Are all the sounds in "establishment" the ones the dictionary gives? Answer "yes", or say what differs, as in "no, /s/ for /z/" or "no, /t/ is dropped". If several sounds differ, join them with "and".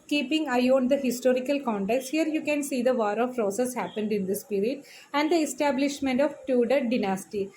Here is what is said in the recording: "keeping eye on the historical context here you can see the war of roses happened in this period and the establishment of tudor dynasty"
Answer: yes